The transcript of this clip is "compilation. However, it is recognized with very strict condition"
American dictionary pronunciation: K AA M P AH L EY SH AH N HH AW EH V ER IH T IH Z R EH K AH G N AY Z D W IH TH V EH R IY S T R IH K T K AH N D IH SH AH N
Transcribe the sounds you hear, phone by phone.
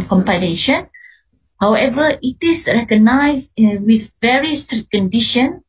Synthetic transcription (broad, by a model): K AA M P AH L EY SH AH N HH AW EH V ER IH T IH S R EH K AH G N AY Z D W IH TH V EH R IY S T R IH T K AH N D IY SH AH N